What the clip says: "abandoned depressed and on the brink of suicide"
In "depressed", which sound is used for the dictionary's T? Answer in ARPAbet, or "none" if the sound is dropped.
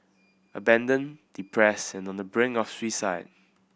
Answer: none